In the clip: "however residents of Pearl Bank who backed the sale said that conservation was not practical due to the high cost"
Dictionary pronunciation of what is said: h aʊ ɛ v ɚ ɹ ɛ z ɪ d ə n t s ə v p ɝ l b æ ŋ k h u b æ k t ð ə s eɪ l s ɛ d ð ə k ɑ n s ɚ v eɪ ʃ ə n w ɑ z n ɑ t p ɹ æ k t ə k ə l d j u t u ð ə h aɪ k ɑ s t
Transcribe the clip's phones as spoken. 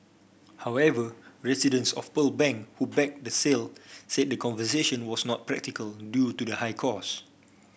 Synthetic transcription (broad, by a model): h aʊ ɛ v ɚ ɹ ɛ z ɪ d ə n s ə f p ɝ l b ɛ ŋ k h u b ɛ k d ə s eɪ l s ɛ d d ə k ɑ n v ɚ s eɪ ʃ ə n w ɑ s n ɑ t p ɹ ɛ k t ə k ə l d j u t u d ə h aɪ k ɑ s